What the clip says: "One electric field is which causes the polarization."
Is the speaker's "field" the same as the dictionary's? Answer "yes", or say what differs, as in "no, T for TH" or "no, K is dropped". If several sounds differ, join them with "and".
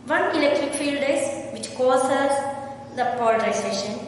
yes